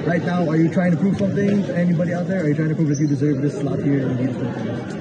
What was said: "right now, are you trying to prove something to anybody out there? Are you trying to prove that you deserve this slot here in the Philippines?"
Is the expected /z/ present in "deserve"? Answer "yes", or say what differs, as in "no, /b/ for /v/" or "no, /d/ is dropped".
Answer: yes